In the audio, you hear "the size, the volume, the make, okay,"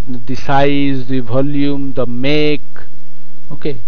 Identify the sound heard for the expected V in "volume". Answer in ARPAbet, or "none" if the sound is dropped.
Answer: B